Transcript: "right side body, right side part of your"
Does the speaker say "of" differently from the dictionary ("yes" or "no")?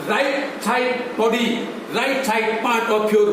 yes